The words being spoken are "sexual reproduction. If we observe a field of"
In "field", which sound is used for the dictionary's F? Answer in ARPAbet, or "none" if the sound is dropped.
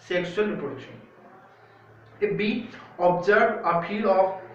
P